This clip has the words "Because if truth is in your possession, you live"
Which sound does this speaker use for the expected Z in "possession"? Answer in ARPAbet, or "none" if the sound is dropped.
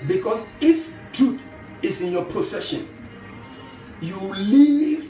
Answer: S